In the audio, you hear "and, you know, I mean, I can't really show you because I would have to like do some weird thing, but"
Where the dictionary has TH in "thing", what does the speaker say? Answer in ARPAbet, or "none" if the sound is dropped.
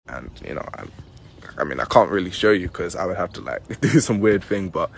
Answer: TH